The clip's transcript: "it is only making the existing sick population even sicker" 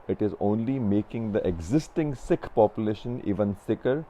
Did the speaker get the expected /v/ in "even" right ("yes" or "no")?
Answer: yes